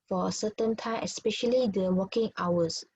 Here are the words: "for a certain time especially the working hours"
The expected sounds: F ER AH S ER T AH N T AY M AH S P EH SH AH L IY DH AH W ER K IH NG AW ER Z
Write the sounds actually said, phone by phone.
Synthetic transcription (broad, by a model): F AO AH S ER T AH N T AY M AH S P EH SH AH L IY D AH W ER K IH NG AW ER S